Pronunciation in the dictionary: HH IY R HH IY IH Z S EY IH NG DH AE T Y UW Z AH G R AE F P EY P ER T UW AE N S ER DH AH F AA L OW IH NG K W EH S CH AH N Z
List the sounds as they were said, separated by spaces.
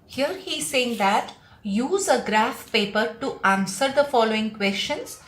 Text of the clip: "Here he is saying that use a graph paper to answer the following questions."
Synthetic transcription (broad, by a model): HH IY R HH IY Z S EY IH NG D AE T Y UW Z AH G R AE F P EY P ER T UW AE N S ER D AH F AA L OW IH NG K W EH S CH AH N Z